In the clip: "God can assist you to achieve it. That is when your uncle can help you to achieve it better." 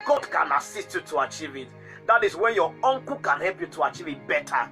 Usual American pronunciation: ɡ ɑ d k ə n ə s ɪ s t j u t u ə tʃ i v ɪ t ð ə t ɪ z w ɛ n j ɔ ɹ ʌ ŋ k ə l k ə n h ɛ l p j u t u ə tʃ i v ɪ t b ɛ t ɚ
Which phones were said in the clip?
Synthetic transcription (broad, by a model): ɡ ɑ d k ə n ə s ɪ s t j u t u ə tʃ i v ɪ t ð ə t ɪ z w ɛ n j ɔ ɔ ŋ k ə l k ə n h ɛ l p j u t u ə tʃ i v ɪ t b ɛ t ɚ